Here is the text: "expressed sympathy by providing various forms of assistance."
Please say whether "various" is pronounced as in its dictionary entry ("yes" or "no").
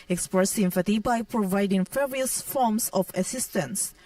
no